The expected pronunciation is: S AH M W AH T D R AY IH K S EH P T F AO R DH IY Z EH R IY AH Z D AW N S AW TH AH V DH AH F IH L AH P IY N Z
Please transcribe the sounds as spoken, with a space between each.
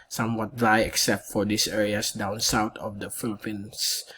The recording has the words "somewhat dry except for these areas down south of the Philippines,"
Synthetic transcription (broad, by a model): S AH M W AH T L AY IH K S EH P T F AO R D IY S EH R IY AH S D AW N S AW T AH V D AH F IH L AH P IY N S